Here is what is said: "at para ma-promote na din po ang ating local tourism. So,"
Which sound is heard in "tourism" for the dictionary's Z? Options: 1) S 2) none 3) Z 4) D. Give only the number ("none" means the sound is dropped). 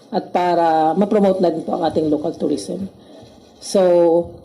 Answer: 1